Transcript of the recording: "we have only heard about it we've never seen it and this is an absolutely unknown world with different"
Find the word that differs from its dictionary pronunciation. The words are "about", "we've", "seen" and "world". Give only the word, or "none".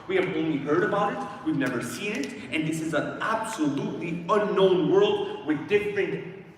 none